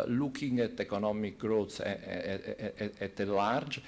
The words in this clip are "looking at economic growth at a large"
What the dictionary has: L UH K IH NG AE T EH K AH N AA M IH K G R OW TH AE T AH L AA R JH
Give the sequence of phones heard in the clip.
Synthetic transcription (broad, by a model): L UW K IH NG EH T EH K AH N AA M IH K G R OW S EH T AH L AA R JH